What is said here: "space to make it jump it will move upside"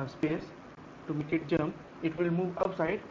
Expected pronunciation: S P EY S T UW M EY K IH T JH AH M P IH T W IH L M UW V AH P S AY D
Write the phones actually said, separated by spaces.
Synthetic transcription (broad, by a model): S P EY S T UW M EY K IH T JH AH M IH T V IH L M UW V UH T S AY D